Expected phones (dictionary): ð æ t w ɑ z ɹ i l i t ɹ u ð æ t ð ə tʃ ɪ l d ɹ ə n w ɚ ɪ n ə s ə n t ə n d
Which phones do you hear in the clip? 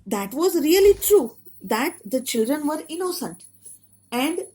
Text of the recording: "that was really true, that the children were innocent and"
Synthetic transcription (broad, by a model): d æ t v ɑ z ɹ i l i t ɹ u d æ t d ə tʃ ɪ l d ɹ ə n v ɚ ɪ n ə s ə n t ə n d